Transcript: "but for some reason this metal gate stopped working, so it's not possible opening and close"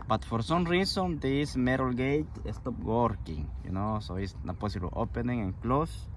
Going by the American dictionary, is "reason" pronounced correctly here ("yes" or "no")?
no